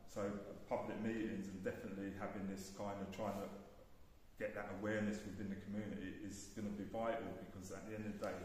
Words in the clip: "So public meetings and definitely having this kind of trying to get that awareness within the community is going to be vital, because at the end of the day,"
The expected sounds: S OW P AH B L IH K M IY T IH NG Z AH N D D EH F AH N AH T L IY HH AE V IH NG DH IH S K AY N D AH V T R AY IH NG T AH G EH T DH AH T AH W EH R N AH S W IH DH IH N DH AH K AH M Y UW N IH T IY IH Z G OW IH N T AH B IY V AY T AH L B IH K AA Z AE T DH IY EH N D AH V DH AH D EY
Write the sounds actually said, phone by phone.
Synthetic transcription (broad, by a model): S OW P AH B L IH K M IY T IH NG Z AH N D D EH F AH N AH T L IY HH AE V IH NG DH IH S K AY N D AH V T R AY IH NG T AH G EH T DH AH T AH W EH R N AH S W IH DH IH N DH AH K AH M Y UW N IH T IY IH Z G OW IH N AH B IY V AY T AH L B IH K AA Z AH T DH IY EH N D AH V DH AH D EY